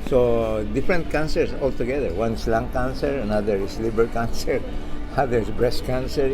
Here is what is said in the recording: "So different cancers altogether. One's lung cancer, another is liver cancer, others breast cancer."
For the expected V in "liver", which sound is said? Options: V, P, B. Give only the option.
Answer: B